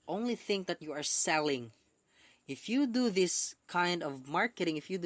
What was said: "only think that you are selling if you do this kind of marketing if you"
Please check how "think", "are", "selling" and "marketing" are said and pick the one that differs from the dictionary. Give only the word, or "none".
none